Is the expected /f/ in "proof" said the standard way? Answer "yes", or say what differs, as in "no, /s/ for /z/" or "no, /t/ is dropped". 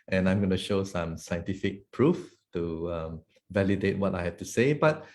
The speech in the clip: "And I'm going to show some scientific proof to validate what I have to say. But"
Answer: yes